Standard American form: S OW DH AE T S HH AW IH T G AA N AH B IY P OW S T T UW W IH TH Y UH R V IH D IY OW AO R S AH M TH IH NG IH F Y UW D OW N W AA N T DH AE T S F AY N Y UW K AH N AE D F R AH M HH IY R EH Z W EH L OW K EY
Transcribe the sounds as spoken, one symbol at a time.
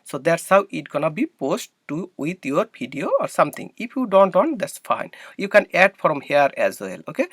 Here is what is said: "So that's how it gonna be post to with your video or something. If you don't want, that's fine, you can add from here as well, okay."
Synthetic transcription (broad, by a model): S OW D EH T S HH AW IH T G AA N AH B IY P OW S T T UW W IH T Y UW R B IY D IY OW AO R S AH M T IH NG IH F Y UW D OW N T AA N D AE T S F AY N Y UW K AH N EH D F R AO M HH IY R EH Z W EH L OW K EY